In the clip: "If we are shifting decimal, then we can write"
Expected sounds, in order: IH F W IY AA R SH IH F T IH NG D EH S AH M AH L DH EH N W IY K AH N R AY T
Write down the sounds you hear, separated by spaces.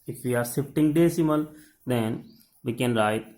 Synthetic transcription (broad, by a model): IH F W IY AA R S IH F T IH NG D EH S AH M AH L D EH N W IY K AH N R AY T